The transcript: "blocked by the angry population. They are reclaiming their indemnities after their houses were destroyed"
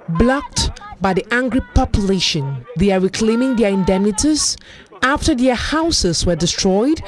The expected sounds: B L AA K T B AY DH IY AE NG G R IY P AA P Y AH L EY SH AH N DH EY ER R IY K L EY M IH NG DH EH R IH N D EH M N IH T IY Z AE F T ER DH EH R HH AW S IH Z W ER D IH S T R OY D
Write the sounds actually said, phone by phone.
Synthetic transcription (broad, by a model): B L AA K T B AY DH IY AE NG G R IY P AA P Y AH L EY SH AH N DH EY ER R IY K L EY M IH NG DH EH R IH N D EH M N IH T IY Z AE F T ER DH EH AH HH AW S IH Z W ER D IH S T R OY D